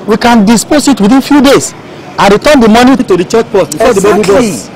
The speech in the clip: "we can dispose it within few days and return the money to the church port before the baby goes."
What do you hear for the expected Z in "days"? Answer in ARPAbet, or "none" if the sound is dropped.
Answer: S